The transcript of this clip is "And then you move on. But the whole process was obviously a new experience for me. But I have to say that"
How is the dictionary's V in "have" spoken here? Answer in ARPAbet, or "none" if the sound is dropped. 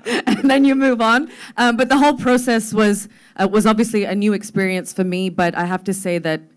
F